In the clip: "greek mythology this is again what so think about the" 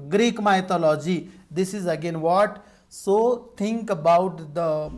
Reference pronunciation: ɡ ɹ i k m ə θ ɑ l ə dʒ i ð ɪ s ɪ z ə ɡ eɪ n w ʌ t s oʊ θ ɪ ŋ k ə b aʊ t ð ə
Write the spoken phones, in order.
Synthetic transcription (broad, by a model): ɡ ɹ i k m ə t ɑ l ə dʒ i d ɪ s ɪ z ə ɡ eɪ n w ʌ t s oʊ t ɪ ŋ k ə b aʊ t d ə